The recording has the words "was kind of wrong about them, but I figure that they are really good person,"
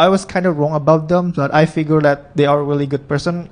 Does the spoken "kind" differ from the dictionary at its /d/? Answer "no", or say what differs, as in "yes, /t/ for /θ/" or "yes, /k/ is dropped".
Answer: no